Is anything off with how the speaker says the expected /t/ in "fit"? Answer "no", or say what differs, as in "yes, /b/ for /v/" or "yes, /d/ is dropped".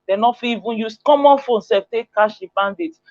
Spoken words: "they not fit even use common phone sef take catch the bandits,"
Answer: yes, /t/ is dropped